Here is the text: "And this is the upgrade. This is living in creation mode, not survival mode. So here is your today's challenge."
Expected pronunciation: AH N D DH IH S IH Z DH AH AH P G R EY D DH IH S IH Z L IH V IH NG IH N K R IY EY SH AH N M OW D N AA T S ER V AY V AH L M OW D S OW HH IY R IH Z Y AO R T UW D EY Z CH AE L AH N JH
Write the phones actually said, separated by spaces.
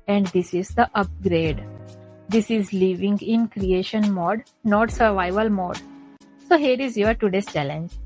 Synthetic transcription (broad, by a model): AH N D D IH S IH Z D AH AH P G R EY D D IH S IH Z L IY V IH NG IH N K R IY EY SH AH N M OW D N AA T S ER V AY V AH L M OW D S OW HH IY R IH Z Y AO R T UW D EY S CH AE L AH N JH